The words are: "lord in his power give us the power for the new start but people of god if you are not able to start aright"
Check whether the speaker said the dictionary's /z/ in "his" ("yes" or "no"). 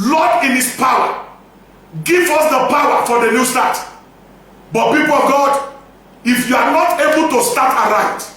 no